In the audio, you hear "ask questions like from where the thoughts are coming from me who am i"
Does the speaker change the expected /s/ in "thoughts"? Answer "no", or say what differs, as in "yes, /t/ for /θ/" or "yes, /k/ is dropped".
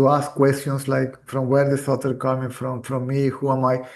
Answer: yes, /s/ is dropped